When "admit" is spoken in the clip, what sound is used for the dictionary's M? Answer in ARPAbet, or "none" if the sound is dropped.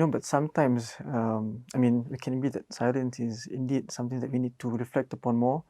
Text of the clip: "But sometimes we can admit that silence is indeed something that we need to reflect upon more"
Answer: none